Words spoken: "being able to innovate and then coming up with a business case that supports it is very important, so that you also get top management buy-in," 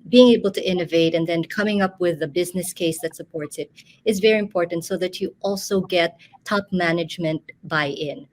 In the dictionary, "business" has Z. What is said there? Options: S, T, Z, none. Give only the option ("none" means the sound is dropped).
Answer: Z